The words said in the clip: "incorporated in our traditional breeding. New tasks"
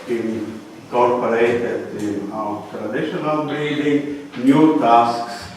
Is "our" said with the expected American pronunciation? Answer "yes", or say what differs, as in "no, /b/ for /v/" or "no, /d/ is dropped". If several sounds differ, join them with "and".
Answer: no, /w/ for /ɹ/